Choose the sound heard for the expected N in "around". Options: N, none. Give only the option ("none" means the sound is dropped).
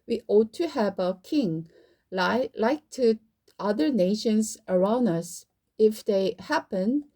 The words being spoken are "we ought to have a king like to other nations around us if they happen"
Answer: N